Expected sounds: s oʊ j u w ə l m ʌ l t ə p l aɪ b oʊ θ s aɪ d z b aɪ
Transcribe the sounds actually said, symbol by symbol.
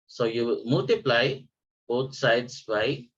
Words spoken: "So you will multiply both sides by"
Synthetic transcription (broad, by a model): s oʊ j u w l m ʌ l t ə p l aɪ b oʊ t s aɪ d s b aɪ